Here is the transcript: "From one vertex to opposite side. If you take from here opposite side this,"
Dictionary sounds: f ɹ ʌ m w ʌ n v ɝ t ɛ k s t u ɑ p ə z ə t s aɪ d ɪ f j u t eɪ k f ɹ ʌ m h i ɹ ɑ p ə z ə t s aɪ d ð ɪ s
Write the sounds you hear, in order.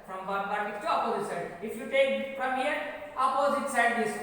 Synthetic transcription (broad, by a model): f ɹ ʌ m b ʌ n b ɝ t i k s t u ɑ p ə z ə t s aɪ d ɪ f j u t eɪ k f ɹ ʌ m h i ɹ ɑ p ə z ə t s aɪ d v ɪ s